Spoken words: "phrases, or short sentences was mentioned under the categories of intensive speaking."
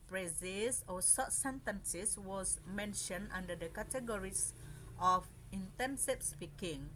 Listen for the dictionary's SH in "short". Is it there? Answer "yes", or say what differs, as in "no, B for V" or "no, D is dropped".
no, S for SH